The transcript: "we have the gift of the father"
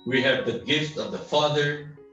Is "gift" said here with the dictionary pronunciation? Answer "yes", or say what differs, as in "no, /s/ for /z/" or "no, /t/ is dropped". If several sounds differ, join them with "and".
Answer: yes